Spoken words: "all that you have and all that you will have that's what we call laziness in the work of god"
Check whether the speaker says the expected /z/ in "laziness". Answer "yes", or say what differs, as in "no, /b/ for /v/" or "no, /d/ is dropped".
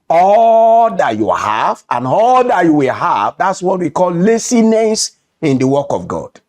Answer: no, /s/ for /z/